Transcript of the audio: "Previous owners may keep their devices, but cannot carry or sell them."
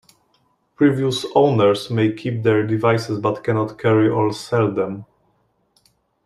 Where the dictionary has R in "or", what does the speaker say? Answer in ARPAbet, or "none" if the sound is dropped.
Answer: L